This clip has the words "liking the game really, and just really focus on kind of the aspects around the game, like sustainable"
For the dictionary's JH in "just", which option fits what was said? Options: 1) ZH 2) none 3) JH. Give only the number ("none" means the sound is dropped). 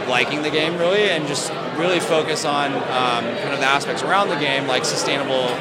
3